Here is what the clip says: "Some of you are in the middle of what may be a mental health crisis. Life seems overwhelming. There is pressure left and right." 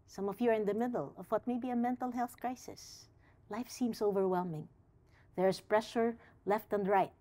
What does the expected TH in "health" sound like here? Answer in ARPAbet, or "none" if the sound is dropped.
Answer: TH